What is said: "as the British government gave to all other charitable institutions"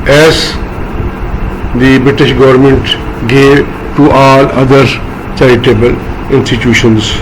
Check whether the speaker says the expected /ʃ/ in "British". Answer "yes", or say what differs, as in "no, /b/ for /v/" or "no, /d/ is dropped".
yes